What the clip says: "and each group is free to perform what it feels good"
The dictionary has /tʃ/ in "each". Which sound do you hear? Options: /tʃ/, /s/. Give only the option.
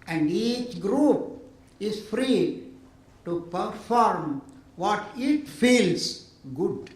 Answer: /tʃ/